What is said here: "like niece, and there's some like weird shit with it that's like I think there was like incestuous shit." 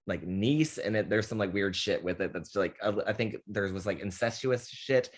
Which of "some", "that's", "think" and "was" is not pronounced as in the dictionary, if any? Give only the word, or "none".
none